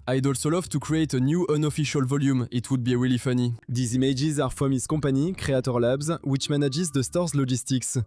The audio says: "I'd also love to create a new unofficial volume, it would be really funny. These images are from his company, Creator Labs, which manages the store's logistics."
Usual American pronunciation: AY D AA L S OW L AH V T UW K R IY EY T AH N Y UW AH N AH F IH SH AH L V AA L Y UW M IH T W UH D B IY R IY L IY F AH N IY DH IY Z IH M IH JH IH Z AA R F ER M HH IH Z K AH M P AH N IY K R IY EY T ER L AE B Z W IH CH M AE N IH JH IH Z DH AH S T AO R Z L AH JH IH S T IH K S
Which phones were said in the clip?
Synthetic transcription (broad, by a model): AY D AA L S OW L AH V T UW K R IY EY T AH N Y UW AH N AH F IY SH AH L V AA L Y UW M IH T W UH D B IY W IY L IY F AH N IY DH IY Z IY M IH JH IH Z AA R F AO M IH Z K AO P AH N IY K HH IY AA T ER L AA B Z W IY CH M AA N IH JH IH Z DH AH S T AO R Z L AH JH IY S T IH K S